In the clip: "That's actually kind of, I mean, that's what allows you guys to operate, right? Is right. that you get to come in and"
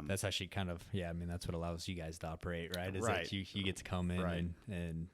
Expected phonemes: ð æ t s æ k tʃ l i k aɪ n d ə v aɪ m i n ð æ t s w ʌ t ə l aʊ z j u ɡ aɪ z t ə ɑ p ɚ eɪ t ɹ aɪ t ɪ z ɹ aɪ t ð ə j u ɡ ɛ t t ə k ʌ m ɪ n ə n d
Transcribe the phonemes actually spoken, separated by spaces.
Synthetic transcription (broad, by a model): ð æ t s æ k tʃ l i k aɪ n d ə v aɪ m i n ð æ t s w ʌ t ə l aʊ z j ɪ ɡ aɪ z t ə ɑ p ɚ eɪ t ɹ aɪ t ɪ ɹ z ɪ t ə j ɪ ɡ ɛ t t ə k ʌ m ɪ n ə n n